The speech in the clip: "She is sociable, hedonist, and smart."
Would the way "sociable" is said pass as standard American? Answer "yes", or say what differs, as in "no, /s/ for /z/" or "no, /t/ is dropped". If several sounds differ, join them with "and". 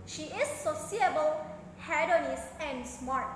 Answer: no, /s/ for /ʃ/